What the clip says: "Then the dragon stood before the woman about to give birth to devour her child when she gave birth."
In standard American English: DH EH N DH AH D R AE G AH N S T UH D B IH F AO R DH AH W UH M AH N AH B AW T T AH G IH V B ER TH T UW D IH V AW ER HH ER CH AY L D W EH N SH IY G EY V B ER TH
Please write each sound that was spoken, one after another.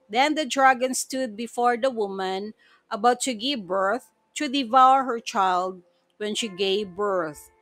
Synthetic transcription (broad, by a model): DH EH N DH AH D R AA G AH N S T UH D B IH F AO R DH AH W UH M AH N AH B AW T T AH G IH V B ER TH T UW D IH V AW ER HH ER CH AY L D W EH N SH IY G EY V B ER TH